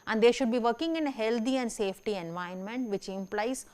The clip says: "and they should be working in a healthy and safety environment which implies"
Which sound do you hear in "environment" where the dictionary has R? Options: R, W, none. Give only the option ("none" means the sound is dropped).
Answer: none